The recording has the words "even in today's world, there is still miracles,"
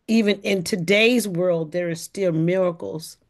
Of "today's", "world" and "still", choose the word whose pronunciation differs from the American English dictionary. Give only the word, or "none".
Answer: none